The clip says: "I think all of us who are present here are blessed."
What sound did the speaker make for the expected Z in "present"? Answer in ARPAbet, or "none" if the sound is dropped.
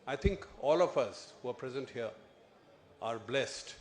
Z